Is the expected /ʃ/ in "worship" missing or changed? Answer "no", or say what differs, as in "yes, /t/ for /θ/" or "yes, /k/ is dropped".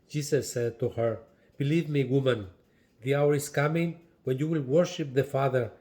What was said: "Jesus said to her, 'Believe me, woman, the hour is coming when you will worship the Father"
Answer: no